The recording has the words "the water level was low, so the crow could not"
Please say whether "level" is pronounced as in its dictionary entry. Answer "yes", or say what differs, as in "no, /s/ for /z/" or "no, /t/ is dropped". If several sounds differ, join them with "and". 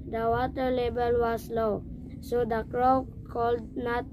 no, /b/ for /v/